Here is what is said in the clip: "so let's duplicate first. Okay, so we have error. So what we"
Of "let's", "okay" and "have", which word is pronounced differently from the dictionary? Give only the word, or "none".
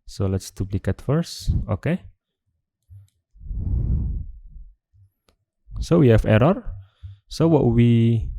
have